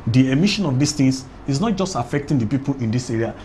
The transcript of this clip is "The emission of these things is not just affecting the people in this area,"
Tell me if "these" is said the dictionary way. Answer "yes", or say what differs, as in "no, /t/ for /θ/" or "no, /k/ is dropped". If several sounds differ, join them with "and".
no, /s/ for /z/